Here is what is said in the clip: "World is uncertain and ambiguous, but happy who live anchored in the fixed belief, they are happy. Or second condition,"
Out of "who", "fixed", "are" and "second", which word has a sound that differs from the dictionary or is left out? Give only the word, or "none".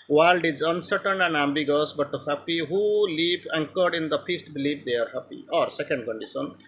fixed